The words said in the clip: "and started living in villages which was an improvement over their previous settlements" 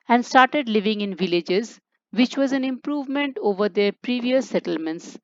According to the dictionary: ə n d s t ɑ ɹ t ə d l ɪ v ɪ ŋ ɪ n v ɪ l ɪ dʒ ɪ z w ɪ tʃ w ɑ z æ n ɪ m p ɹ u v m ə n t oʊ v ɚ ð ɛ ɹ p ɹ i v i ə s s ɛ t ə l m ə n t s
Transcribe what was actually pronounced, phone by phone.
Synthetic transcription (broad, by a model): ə n d s t ɑ ɹ t ə d l ɪ v ɪ ŋ ɪ n v ɪ l ɪ dʒ ɪ z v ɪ tʃ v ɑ z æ n ɪ m p ɹ u v m ə n t oʊ v ɚ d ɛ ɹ p ɹ i v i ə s s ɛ t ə l m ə n t s